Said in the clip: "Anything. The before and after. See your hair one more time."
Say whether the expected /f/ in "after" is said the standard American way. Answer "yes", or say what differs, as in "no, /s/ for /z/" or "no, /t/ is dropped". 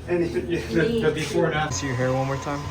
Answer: no, /f/ is dropped